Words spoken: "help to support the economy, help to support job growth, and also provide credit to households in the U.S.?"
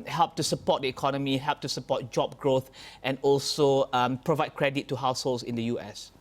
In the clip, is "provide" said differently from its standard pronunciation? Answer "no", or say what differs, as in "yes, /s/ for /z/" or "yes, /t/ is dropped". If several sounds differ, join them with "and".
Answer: no